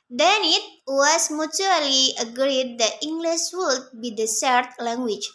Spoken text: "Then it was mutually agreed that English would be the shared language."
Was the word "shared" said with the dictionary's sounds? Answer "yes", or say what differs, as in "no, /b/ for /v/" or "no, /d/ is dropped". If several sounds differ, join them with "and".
no, /s/ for /ʃ/